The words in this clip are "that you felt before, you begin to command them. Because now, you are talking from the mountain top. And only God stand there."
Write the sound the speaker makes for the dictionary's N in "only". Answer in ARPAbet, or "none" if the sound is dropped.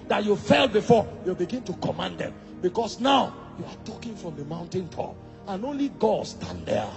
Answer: N